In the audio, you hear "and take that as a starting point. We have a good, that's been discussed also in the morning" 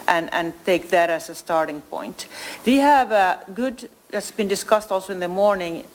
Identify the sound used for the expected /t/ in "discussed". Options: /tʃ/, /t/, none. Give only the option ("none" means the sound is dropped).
/t/